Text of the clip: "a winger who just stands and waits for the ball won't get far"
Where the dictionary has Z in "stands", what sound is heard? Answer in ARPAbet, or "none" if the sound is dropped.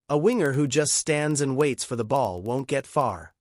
Z